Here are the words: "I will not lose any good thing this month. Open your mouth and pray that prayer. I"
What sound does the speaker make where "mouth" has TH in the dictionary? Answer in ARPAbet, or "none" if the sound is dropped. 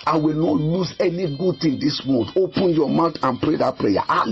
T